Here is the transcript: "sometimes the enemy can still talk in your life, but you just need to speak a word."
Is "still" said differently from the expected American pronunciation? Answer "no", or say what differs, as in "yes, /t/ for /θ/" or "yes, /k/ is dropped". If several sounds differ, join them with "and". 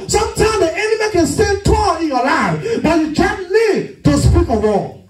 yes, /n/ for /l/